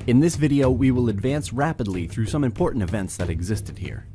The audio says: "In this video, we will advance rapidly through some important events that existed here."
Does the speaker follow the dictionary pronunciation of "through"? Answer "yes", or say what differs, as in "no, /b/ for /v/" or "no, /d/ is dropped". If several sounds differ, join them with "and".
yes